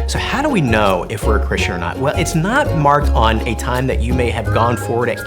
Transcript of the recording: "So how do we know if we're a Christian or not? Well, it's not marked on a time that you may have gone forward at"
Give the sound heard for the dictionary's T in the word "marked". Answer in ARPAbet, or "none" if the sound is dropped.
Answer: T